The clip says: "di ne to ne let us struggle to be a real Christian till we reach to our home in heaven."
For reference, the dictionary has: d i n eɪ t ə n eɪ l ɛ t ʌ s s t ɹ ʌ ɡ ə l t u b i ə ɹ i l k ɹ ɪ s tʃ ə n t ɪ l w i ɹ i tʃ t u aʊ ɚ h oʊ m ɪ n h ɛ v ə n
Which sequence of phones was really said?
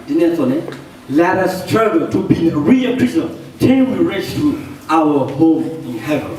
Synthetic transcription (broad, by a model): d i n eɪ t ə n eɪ l ɛ t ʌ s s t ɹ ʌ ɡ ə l t u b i ə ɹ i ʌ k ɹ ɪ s ə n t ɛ n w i ɹ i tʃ t u aʊ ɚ h oʊ m ɪ n h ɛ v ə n